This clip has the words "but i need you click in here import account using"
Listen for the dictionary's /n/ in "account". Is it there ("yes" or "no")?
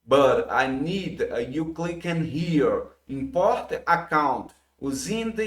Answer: yes